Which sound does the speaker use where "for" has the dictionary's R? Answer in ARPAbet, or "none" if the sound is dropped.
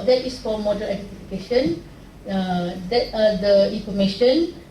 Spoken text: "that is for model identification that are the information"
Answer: L